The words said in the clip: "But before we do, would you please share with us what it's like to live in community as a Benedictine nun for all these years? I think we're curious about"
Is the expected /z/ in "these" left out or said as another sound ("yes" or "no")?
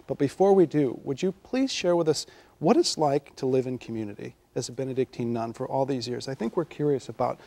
no